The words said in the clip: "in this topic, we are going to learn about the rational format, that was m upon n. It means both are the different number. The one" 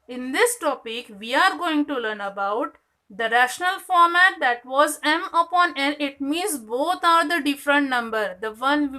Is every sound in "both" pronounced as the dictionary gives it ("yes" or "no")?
no